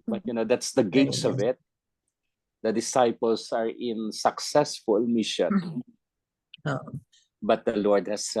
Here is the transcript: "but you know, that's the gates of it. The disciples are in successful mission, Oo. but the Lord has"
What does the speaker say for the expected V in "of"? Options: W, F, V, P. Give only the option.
V